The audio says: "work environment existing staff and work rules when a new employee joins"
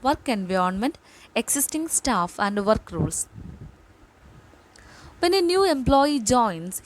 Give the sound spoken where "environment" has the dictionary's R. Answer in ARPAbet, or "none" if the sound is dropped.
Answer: none